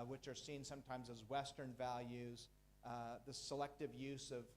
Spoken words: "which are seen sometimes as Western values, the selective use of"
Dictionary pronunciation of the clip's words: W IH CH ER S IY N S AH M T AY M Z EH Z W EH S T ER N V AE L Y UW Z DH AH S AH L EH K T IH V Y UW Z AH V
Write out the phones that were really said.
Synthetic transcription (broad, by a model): W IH CH ER S IY N S AH M T AY M Z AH Z W EH S T ER N V AE L Y UW Z DH AH S AH L EH K T IH V Y UW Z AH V